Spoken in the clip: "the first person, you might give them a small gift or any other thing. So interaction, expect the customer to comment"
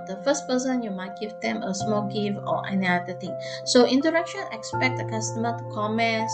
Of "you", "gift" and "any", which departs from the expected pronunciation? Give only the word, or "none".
gift